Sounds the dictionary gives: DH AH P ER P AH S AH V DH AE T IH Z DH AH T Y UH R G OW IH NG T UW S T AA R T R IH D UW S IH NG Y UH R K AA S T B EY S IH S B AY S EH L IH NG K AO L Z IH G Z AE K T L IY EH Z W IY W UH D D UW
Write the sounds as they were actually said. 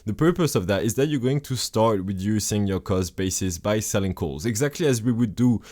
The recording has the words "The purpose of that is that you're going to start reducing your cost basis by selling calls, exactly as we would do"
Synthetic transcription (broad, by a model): DH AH P ER P AH S AH V DH AE T IH Z DH AH T Y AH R G OW IH NG T UW S T AA R T W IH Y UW S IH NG Y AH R K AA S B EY S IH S B AY S EH L IH NG K AO L Z IH G Z AE K T L IY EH Z W IY W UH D D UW